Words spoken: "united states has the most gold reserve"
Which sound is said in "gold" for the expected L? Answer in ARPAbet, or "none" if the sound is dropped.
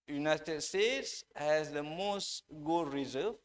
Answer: none